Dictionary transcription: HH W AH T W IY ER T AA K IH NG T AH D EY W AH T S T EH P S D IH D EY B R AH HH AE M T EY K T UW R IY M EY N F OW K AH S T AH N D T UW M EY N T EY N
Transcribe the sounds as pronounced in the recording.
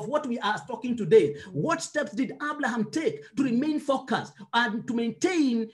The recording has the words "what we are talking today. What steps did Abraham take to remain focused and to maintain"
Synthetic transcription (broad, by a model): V W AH T W IY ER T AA K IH NG T AH D EY W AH T S T EH P S D IH D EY B L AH HH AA M T EY K T UW R IY M EY N F OW K AH S T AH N T UW M EY N T EY N